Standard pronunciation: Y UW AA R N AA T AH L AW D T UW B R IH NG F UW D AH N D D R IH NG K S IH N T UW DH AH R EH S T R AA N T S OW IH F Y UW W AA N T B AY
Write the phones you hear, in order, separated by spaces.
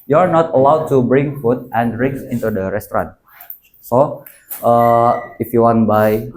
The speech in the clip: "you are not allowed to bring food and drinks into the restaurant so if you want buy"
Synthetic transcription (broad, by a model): Y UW AA R N AA T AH L AW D T UW B R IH NG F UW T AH N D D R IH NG S IH N T UW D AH R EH S T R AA N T S OW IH F Y UW W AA N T B AY